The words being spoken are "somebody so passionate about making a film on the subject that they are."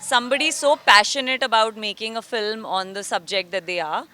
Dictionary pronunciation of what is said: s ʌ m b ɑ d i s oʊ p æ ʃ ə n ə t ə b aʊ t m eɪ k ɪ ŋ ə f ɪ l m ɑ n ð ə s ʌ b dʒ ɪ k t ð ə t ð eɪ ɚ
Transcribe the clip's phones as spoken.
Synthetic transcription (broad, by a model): s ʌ m b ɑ d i s oʊ p æ ʃ ə n ə t ə b aʊ t m eɪ k ɪ ŋ ə f ɪ l m ɑ n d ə s ʌ b dʒ ɪ k t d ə t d eɪ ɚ